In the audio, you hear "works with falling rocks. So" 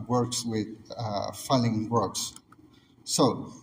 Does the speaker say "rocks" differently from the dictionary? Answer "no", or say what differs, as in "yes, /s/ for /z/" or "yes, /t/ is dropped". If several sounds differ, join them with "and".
yes, /w/ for /ɹ/